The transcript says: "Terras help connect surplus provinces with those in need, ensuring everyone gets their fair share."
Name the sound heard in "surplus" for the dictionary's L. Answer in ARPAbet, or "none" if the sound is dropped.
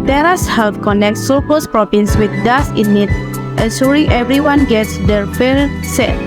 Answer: none